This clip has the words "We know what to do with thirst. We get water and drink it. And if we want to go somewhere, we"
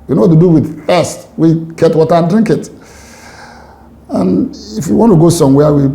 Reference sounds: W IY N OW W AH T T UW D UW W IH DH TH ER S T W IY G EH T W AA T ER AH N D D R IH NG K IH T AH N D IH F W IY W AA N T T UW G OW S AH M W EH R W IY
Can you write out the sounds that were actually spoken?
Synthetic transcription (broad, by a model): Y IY N OW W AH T T UW D UW W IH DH F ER S T W IY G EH T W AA T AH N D D R IH NG K IH T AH N IH F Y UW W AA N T T UW G OW S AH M W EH W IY